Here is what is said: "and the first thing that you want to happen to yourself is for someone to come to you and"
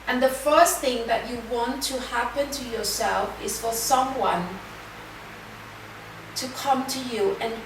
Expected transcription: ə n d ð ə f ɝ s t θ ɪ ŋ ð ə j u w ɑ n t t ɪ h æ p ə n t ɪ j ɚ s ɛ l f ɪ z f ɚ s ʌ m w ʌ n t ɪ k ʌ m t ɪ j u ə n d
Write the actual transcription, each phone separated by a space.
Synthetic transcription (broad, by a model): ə n ð ə f ɝ s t θ ɪ ŋ ð ə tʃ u w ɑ n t t ɪ h æ p ə n t ɪ j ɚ s ɛ l f ɪ z f ɚ s ʌ m w ʌ n t ɪ k ʌ m t ɪ j u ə n